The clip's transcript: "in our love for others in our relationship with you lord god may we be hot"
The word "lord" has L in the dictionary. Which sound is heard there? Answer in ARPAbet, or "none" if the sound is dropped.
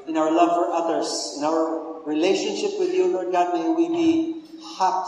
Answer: N